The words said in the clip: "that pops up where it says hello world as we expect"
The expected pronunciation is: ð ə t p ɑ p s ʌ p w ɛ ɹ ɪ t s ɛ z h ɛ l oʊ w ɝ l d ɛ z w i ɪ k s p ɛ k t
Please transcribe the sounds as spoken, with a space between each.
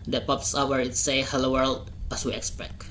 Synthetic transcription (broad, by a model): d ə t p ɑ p s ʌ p w ɛ ɹ ɪ t s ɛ h ɛ l oʊ w ɝ l d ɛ s w i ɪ k s p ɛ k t